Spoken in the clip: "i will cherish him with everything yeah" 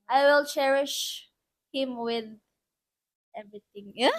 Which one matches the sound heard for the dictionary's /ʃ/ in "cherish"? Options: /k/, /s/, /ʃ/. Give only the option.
/ʃ/